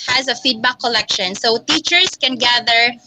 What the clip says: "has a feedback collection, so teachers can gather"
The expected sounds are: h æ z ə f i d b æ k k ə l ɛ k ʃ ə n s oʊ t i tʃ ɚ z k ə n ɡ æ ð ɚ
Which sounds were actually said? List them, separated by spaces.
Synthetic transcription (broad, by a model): h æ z ə f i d b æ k k ə l ɛ k ʃ ə n s oʊ t i tʃ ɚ s k ə n ɡ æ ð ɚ